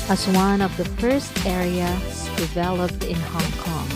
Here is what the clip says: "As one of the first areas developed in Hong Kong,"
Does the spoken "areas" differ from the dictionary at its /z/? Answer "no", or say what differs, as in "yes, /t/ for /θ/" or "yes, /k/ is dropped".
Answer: yes, /z/ is dropped